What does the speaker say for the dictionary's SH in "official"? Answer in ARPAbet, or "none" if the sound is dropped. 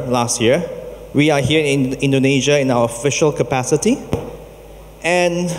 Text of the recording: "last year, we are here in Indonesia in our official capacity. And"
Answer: SH